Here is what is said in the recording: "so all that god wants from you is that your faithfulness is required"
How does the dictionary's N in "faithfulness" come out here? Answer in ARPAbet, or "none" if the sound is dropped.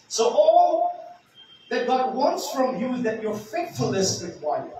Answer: none